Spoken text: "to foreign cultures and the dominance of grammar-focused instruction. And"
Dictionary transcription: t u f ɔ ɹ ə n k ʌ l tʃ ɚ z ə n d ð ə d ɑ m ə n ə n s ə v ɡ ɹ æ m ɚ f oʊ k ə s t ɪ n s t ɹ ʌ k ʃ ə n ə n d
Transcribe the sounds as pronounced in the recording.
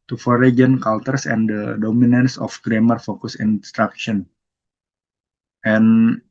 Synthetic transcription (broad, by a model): t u f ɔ ɹ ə n k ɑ l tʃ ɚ s ə n d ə d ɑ m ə n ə n s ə f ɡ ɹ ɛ m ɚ f oʊ k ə s ɪ n s t ɹ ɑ k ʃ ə n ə n